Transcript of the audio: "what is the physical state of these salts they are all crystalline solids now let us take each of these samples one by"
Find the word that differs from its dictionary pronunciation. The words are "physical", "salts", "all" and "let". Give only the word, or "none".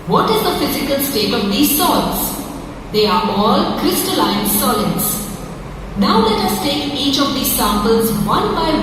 salts